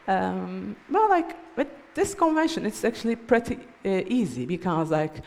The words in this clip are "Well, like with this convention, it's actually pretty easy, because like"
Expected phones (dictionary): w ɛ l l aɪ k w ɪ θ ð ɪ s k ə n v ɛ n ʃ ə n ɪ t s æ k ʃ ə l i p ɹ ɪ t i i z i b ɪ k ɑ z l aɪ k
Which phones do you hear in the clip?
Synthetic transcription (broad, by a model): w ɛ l l aɪ k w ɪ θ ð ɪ s k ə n v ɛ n ʃ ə n ɪ t s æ k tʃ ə l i p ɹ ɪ t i i z i b ɪ k ɑ z l aɪ k